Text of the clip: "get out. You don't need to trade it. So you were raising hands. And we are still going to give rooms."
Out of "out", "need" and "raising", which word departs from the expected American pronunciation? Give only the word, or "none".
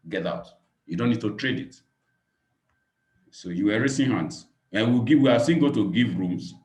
raising